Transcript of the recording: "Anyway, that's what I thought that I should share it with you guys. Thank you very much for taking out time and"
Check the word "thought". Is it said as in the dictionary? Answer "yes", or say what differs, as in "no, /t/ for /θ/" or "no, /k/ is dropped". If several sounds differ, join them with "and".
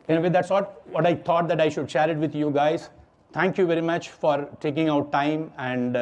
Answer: no, /t/ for /θ/